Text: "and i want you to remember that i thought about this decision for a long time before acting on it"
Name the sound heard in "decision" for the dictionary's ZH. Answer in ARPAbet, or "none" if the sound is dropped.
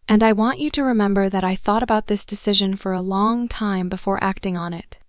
ZH